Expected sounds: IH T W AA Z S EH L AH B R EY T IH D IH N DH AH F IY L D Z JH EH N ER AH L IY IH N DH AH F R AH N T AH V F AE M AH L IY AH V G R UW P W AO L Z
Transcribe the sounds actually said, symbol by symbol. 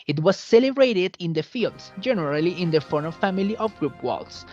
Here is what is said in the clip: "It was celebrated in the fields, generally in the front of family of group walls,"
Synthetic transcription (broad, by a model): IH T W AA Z S EH L AH B R EY T IH D IH N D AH F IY L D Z JH EH N ER AH L IY IH N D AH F AH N AH F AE M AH L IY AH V G R UW P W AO L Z